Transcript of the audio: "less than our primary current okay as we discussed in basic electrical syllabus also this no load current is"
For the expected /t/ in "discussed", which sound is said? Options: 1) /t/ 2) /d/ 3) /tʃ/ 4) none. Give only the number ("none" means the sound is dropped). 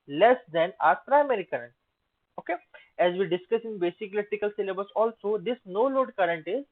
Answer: 4